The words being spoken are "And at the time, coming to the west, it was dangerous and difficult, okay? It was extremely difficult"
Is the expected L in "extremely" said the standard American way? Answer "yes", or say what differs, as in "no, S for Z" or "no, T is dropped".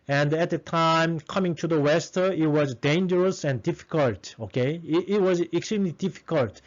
yes